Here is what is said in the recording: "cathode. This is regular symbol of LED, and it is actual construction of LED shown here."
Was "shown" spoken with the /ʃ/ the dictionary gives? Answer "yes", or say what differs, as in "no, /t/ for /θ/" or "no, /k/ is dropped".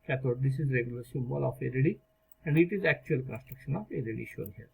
yes